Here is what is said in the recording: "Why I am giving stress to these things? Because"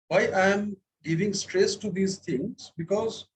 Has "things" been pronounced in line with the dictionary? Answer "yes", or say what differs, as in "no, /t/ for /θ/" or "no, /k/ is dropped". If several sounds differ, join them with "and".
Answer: no, /t/ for /θ/